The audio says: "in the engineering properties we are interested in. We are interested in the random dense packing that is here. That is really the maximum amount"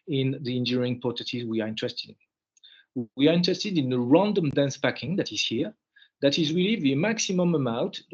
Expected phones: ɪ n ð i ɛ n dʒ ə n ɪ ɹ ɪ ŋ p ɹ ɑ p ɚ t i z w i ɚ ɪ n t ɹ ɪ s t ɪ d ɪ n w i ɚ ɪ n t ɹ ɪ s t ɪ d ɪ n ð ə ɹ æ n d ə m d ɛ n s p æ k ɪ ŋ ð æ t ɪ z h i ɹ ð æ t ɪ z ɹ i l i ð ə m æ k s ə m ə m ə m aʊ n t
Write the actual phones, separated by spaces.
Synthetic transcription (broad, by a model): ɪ n ð i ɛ n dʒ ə ɹ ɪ ŋ p ɑ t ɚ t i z w i ɚ ɪ n t ɹ ɪ s t ɪ d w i ɚ ɪ n t ɹ ɪ s t ɪ d ɪ n ð ə ɹ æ n d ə m d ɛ n s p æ k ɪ ŋ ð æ t ɪ z h i ɹ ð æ t ɪ z ɹ i l i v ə m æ k s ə m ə m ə m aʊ n t